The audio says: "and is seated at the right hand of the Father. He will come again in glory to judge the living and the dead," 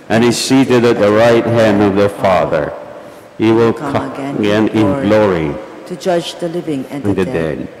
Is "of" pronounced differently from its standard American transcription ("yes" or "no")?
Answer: no